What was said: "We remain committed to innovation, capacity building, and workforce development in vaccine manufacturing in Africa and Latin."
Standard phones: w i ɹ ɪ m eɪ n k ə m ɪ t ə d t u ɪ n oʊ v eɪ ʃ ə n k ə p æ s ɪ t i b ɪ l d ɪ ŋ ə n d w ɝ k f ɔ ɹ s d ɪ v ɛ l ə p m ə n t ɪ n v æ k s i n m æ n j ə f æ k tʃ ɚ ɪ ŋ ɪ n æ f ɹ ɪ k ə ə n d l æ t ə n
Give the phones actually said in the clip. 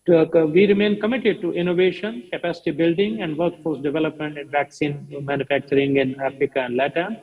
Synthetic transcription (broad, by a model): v i ɹ ɪ m eɪ n k ə m ɪ t ə d t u ɪ n oʊ v eɪ ʃ ə n k ə p æ s ɪ t i b ɪ l d ɪ ŋ ə n d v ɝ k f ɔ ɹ s d ɪ v ɛ l ə p m ə n t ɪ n v æ k s i n m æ n j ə f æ k tʃ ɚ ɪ ŋ ɪ n æ f ɹ ɪ k ə ə n d l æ t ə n